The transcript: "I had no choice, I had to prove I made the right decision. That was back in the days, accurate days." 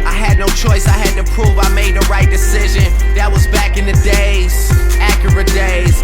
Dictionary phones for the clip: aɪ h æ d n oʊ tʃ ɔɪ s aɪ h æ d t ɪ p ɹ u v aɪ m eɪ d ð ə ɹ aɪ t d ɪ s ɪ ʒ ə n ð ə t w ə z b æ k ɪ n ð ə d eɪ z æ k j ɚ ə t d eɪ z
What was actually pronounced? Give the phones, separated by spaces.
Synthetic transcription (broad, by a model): aɪ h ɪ d n oʊ tʃ ɔɪ s aɪ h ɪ d t ɪ p ɹ u v aɪ m eɪ d ð ə ɹ aɪ t d ɪ s ɪ ʒ ə n ð ə t w ə z b æ k ɪ n ð ə d eɪ z æ k j ɚ ə t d eɪ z